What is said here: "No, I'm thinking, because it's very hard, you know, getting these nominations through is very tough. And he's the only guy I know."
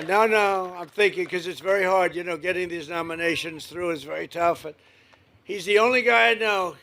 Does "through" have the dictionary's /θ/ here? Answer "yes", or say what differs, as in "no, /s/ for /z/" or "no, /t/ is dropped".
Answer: yes